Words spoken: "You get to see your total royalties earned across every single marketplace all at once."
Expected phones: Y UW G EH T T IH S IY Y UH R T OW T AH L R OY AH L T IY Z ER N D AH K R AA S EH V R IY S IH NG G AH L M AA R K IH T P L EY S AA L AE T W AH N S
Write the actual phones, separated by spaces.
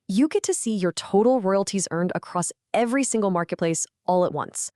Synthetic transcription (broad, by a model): Y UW G EH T T IH S IY Y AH R T OW T L R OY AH L T IY Z ER N D AH K R AA S EH V R IY S IH NG G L M AA R K IH T P L EY S AA L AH T W AH N S